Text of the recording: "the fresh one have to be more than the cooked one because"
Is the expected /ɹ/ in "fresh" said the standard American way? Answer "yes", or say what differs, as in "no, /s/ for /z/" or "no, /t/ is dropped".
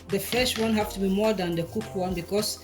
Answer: no, /ɹ/ is dropped